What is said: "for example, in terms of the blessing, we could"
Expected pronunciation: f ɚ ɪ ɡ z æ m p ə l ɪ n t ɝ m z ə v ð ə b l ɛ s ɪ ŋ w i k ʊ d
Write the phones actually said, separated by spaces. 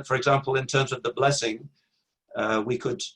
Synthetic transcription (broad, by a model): f ɚ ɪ ɡ z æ m p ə l ɪ n t ɝ m z ə v ð ə b l ɛ s ɪ ŋ w i k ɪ d